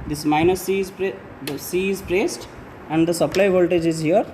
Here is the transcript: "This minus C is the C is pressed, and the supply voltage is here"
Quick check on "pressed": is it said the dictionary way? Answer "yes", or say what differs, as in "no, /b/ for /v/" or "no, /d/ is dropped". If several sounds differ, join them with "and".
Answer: yes